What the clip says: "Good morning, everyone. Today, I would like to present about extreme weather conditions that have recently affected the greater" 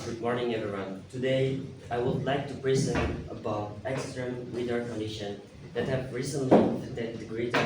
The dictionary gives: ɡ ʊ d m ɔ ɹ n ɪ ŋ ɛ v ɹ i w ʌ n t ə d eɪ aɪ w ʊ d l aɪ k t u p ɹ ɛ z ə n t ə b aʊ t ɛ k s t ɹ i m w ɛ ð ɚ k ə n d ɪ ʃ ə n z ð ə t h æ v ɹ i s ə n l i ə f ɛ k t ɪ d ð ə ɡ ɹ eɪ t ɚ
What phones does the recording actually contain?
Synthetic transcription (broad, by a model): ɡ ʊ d m ɔ ɹ n ɪ ŋ ɛ v ɹ i w ʌ n t ə d eɪ aɪ w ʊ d l aɪ k t u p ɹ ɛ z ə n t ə b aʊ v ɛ k s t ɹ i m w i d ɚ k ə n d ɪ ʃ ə n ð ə t h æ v ɹ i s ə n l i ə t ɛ t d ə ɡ ɹ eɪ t